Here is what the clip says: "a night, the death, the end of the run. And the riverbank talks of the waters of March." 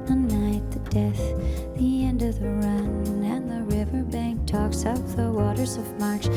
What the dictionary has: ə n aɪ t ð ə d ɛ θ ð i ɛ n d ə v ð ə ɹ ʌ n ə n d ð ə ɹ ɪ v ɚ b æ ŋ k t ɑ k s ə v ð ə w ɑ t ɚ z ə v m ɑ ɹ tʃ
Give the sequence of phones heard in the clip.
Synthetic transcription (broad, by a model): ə n aɪ t ð ə d ɛ θ ð i ɛ n d ə v ð ə ɹ ʌ n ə n ð ə ɹ ɪ v ɚ b æ ŋ k t ɑ k s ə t ð ə w ɑ t ɚ z ə v m ɑ ɹ tʃ